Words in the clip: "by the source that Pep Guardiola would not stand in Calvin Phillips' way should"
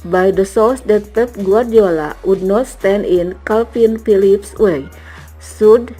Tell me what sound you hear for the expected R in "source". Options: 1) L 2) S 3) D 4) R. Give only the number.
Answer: 1